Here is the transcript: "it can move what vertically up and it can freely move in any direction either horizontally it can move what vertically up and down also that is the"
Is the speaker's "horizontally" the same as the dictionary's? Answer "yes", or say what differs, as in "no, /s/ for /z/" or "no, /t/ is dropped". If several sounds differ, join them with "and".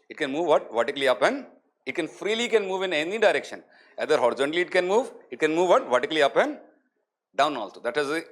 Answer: no, /l/ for /n/